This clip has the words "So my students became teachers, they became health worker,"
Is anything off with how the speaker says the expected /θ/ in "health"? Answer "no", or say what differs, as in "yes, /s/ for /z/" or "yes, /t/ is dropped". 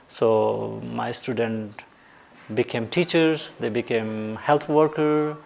yes, /t/ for /θ/